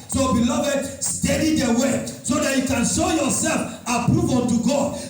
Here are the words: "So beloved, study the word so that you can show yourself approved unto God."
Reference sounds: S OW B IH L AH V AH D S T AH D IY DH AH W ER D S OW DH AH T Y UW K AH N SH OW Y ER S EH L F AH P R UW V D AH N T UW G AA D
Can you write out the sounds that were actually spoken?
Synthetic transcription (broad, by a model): S OW B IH L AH V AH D S T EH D IY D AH W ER S OW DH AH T Y UW K AH N SH OW Y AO S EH L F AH P R UW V AH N T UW G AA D